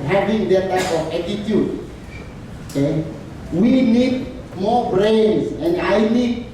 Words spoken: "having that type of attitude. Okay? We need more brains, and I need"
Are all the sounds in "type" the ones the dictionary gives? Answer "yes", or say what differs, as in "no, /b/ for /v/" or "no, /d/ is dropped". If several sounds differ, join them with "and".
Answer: no, /f/ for /p/